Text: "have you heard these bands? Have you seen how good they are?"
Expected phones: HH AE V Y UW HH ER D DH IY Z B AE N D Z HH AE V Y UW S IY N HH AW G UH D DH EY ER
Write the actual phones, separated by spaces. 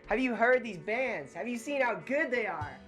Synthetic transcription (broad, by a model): HH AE V Y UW HH ER D DH IY Z B AE N D Z HH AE V Y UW S IY N HH AW G UH D DH EY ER